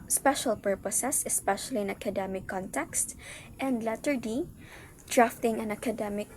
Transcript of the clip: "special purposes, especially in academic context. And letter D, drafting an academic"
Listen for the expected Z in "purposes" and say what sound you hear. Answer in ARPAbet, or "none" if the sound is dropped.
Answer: S